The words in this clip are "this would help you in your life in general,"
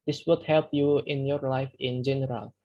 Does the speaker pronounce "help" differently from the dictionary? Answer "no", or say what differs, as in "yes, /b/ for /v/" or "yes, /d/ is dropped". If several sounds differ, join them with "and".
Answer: no